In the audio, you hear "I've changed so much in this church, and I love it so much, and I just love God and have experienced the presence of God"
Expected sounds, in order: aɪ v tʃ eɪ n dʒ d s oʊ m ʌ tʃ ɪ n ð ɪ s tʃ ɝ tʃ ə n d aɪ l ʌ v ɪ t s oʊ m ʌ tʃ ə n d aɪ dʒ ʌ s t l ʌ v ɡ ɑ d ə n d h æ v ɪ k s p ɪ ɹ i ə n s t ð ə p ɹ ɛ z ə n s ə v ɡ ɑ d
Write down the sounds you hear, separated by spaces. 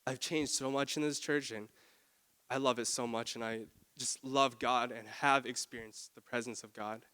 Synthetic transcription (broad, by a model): aɪ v tʃ eɪ n dʒ d s oʊ m ʌ tʃ ɪ n ð ɪ s tʃ ɝ tʃ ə n aɪ l ʌ v ɪ t s oʊ m ʌ tʃ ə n aɪ dʒ ʌ s t l ʌ v ɡ ɑ d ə n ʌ v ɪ k s p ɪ ɹ i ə n s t ð ə p ɹ ɛ z ə n s ə v ɡ ɑ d